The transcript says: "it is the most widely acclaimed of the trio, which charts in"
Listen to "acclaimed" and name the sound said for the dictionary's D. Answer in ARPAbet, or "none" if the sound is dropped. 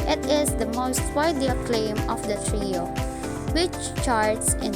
none